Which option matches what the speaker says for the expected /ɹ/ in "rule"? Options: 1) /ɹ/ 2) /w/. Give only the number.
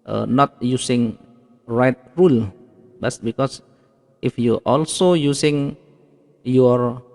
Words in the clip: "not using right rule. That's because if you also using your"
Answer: 1